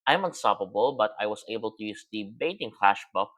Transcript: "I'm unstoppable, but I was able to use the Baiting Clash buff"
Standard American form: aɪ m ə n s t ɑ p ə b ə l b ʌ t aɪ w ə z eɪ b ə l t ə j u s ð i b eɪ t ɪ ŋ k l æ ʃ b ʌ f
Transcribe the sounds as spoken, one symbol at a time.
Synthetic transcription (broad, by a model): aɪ m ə n s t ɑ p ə b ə l b ʌ t aɪ w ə s eɪ b ə l t ə j u s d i b eɪ t ɪ ŋ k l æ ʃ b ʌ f